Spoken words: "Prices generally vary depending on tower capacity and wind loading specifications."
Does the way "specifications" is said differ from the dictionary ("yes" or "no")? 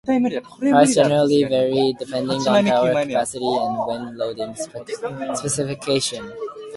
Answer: yes